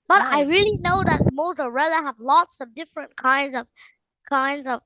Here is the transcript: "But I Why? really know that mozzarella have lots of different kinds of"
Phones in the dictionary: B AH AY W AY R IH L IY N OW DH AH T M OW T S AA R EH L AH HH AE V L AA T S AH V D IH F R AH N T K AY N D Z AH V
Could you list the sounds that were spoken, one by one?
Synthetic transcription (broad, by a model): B AH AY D AY R IH L IY N OW DH AH T M OW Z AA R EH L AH HH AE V L AA T S AH V D IH F R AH N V K AY N D Z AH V